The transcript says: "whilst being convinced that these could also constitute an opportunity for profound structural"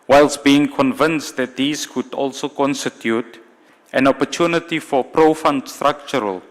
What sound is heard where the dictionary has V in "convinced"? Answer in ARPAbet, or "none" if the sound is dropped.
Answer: V